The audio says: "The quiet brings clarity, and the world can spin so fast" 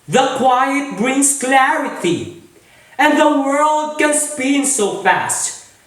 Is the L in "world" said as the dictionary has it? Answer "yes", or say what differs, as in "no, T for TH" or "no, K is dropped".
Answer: yes